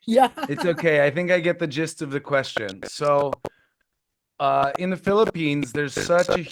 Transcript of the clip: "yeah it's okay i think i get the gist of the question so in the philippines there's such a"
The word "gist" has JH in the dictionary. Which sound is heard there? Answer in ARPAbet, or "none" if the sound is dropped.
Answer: JH